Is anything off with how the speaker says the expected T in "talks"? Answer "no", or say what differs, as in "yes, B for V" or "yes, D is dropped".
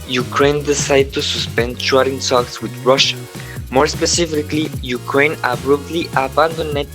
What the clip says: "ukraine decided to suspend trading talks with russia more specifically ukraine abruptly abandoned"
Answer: yes, S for T